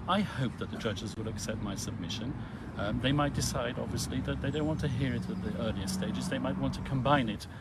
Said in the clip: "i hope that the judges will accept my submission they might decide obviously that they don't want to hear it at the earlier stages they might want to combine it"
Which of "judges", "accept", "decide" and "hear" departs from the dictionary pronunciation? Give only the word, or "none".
none